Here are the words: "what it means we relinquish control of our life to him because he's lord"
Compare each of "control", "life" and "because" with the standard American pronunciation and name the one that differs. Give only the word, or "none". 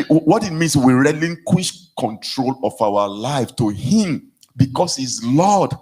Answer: because